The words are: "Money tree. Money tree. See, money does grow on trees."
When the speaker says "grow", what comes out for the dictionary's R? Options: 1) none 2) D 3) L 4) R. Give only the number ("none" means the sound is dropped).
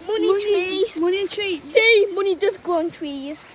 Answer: 1